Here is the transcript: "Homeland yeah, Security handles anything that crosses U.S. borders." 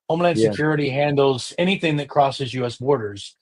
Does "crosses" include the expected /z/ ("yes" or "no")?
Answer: yes